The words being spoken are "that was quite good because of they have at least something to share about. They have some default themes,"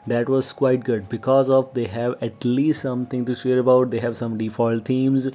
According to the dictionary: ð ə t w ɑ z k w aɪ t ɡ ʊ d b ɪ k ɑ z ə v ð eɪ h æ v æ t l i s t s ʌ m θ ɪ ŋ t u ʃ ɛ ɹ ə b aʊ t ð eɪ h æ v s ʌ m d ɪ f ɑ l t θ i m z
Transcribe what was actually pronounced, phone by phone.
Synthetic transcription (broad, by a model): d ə t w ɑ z k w aɪ t ɡ ʊ d b ɪ k ɑ z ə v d eɪ h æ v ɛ t l i s t s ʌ m t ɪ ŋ t u ʃ ɛ ɹ ə b aʊ t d eɪ h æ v s ʌ m d ɪ f ɑ l t i m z